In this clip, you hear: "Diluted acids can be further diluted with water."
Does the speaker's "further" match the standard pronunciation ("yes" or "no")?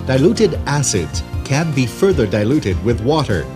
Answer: yes